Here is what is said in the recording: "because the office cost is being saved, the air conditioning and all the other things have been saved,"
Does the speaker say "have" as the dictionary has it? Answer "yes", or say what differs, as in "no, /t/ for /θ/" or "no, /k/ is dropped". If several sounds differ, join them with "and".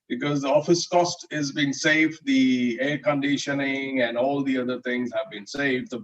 yes